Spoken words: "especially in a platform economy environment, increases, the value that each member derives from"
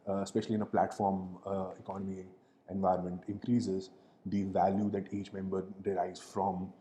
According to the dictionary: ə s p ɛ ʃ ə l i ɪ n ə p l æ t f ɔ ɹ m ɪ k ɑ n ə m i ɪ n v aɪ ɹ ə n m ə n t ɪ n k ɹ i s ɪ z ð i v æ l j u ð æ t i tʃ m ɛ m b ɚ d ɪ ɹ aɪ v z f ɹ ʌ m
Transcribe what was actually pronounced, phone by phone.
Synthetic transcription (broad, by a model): s p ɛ ʃ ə l i ɪ n ə p l æ t f ɔ ɹ m ɪ k ɑ n ə m i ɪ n v aɪ ə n m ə n t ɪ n k ɹ i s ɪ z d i v æ l j u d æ t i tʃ m ɛ m b ɚ d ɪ ɹ aɪ z f ɹ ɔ m